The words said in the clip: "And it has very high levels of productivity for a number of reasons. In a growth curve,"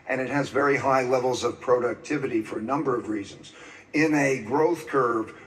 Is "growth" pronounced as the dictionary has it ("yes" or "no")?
yes